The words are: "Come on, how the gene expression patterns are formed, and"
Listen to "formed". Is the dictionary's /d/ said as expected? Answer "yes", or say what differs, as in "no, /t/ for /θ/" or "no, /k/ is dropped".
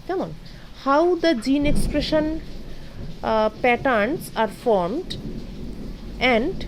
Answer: yes